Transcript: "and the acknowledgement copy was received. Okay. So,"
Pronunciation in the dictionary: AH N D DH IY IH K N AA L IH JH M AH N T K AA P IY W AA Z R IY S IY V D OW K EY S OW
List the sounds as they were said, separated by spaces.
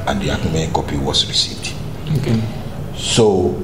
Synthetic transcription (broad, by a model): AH N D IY AA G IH M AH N K AA P IY W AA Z R IY S IY V D OW K EY S OW